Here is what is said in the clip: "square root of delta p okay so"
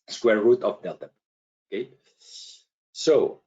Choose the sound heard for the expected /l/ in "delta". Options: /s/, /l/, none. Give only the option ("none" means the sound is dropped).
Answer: none